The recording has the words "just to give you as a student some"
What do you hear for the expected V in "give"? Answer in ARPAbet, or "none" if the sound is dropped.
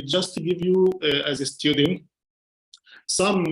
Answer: V